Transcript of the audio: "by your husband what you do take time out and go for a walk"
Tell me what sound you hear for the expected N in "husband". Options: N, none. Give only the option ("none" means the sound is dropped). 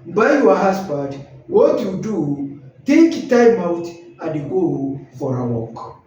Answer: none